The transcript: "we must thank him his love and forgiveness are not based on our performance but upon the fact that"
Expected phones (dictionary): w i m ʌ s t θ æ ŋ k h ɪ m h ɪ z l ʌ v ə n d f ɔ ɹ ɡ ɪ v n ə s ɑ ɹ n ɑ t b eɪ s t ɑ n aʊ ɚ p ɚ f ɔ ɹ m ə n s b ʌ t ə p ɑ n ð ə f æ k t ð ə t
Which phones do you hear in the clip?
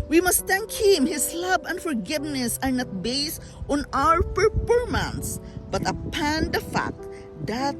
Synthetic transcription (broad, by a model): w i m ʌ s t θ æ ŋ k h ɪ m h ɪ s l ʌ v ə n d f ɔ ɹ ɡ ɪ v n ə s ɑ ɹ n ɑ t b eɪ s t ɑ n aʊ ɚ p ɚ p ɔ ɹ m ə n s b ʌ t ə p ɑ n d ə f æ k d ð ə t